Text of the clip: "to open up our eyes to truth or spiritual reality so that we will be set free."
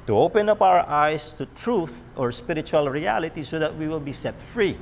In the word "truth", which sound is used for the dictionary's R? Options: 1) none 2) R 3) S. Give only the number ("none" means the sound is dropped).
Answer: 2